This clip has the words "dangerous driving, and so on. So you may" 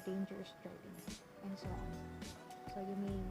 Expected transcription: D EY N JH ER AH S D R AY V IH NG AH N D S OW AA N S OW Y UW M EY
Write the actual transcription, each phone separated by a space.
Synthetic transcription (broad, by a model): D EY N JH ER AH S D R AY P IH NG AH N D S OW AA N S OW Y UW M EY